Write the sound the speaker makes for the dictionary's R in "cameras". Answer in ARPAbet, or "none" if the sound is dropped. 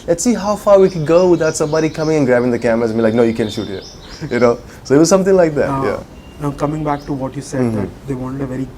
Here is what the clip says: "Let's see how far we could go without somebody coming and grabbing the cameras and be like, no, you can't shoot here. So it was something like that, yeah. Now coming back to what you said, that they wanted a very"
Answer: none